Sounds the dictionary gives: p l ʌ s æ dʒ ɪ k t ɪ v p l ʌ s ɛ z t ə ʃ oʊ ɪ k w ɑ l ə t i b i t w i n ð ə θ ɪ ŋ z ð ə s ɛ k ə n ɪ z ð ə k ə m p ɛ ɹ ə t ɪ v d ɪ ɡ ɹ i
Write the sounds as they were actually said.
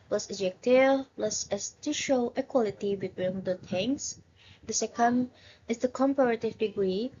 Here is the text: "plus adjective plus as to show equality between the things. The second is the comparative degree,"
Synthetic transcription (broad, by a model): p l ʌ s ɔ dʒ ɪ k t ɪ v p l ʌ s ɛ s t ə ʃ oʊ ɪ k w ɑ l ə t i b i t w i n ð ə t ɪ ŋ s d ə s ɛ k ə n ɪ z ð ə k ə m p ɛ ɹ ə t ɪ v d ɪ ɡ ɹ i